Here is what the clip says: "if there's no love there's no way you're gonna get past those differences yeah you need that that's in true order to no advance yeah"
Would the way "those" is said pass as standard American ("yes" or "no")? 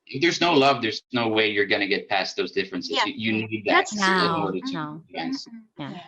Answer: yes